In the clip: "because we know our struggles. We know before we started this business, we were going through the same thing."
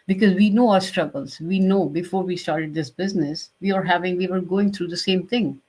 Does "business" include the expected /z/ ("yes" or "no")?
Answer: yes